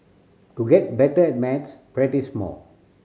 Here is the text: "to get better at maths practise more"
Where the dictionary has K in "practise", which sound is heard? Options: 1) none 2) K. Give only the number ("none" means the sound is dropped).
1